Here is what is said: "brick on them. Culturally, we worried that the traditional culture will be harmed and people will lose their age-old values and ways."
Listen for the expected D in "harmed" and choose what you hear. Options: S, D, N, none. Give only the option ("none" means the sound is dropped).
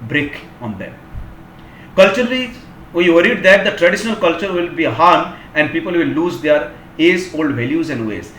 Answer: none